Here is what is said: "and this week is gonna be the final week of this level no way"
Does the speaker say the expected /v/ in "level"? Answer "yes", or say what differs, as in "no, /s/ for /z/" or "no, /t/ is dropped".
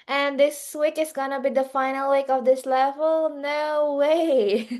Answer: yes